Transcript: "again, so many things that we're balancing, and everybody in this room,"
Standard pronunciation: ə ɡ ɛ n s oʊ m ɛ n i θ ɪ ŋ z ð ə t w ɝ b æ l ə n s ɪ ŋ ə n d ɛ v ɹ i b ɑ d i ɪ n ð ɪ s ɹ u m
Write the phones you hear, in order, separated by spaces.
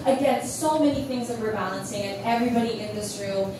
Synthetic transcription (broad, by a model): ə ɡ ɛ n s oʊ m ɛ n i θ ɪ ŋ z ð ə t w ɝ b æ l ə n s ɪ ŋ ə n ɛ v ɹ i b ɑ d i ɪ n ð ɪ s ɹ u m